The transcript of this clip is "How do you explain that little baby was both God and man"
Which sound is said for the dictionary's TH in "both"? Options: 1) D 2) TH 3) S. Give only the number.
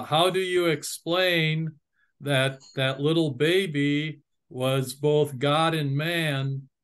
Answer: 2